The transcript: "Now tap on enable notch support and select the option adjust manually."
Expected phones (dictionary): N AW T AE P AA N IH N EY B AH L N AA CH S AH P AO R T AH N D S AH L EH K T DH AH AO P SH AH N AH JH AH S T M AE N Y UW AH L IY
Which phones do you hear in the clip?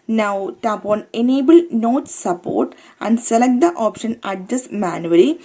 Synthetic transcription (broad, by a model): N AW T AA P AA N IH N EY B AH L N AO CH S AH P AO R T AH N D S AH L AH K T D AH AO P SH AH N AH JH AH S M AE N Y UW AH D IY